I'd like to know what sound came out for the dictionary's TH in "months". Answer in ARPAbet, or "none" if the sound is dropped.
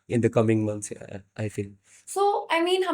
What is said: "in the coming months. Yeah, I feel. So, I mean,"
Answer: T